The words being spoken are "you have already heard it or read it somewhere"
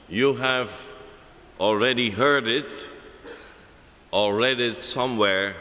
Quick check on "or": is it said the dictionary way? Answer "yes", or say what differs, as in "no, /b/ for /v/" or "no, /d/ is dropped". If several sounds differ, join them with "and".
no, /l/ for /ɹ/